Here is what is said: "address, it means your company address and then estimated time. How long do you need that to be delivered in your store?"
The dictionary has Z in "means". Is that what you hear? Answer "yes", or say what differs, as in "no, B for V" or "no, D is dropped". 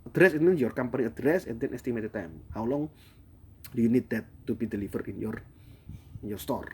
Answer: no, Z is dropped